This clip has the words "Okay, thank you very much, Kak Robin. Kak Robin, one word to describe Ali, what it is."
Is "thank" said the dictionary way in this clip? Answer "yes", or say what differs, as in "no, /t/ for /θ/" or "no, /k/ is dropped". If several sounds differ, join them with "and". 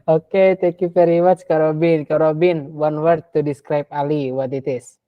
no, /t/ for /θ/ and /ŋ/ is dropped